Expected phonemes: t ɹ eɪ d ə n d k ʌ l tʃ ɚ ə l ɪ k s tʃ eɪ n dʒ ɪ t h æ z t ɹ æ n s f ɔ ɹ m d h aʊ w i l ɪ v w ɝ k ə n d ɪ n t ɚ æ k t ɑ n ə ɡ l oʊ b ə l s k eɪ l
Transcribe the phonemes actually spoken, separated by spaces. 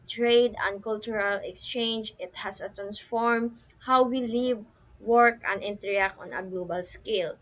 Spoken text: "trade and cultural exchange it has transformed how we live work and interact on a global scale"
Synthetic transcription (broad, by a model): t ɹ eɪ d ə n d k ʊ l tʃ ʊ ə l ɪ k s tʃ eɪ n dʒ ɪ t h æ s t ɹ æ n s f ɔ ɹ m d h aʊ w i l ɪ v w ɝ k ə n d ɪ n t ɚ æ k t ɑ n ə ɡ l oʊ b ə l s k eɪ l